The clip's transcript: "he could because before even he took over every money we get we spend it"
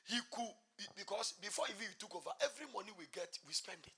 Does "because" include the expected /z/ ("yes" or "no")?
no